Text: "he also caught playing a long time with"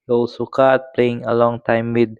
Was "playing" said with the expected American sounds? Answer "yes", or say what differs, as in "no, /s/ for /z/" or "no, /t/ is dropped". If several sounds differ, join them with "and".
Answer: yes